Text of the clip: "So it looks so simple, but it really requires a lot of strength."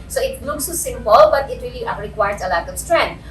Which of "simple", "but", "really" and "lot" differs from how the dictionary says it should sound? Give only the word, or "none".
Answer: none